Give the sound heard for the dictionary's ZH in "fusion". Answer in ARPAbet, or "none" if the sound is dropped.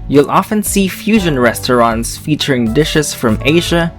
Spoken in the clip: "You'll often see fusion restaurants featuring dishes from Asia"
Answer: ZH